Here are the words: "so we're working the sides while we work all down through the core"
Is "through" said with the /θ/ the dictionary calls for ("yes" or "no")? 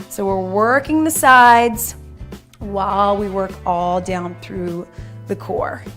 yes